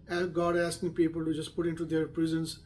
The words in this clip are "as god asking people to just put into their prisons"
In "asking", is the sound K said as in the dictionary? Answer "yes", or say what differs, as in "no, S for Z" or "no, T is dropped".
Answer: yes